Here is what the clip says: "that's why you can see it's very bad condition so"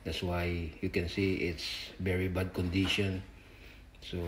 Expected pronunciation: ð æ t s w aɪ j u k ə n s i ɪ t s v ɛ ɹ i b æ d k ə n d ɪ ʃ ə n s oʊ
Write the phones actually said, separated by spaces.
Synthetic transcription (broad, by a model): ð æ t s w aɪ j u k ə n s i ɪ t s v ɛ ɹ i b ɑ d k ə n d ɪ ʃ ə n s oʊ